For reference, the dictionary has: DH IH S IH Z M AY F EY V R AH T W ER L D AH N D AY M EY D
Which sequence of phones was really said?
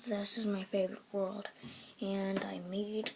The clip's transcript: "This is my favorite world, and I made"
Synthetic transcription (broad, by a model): DH IH S IH Z M AY F EY V R AH T W ER L D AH N AY M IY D